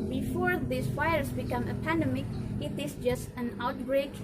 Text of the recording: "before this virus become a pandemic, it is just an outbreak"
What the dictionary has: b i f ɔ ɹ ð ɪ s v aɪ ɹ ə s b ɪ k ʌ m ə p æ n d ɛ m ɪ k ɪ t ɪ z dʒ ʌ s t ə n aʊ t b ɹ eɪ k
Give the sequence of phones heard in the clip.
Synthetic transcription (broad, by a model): b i f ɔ ɹ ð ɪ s f aɪ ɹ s b ɪ k ʌ m ə p æ n d ɛ m ɪ k ɪ t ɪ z dʒ ʌ s t ə n aʊ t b ɹ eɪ k